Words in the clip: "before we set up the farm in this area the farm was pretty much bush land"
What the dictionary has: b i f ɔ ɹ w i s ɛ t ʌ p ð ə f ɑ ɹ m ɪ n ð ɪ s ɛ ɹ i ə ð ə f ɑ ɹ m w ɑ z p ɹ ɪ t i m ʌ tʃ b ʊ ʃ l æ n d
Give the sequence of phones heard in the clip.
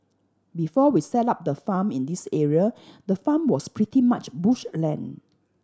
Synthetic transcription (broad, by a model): b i f ɔ w i s ɛ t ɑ p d ə f ɑ m ɪ n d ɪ s ɛ ɹ i ə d ə f ɑ m w ɑ s p ɹ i t i m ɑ tʃ b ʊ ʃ l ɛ n